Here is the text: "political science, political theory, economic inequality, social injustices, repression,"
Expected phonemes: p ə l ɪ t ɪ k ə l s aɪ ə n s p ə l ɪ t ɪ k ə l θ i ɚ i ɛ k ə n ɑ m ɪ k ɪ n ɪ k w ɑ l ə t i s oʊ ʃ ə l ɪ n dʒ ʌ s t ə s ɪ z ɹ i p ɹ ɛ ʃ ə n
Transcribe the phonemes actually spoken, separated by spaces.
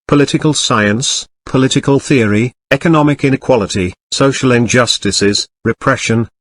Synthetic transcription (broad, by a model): p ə l ɪ t ɪ k ə l s aɪ ə n s p ə l ɪ t ɪ k ə l θ i ɚ i ɛ k ə n ɑ m ɪ k ɪ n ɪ k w ɑ l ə t i s oʊ ʃ ə l ɪ n dʒ ʌ s t ə s ɪ z ɹ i p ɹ ɛ ʃ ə n